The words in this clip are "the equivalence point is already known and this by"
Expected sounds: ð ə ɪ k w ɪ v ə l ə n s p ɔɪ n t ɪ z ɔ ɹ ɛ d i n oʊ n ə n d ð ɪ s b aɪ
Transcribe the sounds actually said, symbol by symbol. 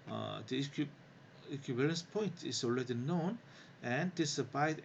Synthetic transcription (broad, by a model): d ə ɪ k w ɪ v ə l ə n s p ɔɪ n t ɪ s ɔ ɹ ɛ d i n oʊ n ə n d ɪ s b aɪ